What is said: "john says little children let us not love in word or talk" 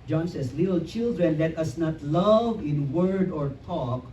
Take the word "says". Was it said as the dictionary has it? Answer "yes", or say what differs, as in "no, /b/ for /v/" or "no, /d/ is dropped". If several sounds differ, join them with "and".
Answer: no, /s/ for /z/